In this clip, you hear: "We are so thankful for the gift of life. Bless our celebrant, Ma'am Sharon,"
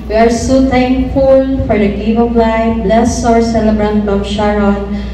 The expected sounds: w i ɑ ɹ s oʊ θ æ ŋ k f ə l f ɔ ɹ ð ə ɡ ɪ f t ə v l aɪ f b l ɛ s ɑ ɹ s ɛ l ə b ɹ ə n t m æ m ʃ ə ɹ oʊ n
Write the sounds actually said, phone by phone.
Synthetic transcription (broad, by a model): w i ɑ ɹ s oʊ t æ ŋ k f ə l f ɔ ɹ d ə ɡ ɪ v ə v l aɪ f b l ɛ s ɑ ɹ s ɛ l ə b ɹ ə n t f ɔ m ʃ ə ɹ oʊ n